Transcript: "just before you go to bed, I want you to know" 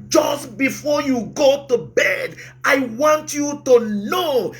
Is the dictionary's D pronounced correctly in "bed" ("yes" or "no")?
yes